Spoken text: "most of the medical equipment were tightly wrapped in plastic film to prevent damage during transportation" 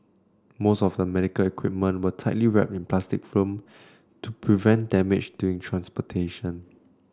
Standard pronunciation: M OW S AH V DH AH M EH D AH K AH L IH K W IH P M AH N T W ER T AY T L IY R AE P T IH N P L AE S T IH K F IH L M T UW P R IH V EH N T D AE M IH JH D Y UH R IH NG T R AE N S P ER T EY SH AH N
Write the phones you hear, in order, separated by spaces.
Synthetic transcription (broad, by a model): M OW S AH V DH AH M EH D AH K AH L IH K W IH P M AH N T W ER T AY T L IY R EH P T IH N P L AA S T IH K F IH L M T UW P R IH V EH N T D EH M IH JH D Y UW IH NG T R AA N S P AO T EY SH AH N